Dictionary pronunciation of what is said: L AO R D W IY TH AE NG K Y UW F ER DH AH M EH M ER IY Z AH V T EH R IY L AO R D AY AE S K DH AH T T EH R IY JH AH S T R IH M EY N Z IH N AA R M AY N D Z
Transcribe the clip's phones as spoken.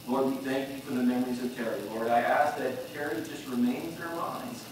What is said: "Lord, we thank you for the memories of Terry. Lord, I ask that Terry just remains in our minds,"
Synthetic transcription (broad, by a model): L AO R D W IY TH AE NG K Y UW F ER DH AH M EH M ER IY Z AH V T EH R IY L AO R D AY AE S K DH AH T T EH R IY JH AH S T R IH M EY N Z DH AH R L AY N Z